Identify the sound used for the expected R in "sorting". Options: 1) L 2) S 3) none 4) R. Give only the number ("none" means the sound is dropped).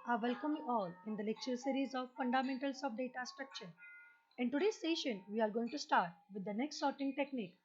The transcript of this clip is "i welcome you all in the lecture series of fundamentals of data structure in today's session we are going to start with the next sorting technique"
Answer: 4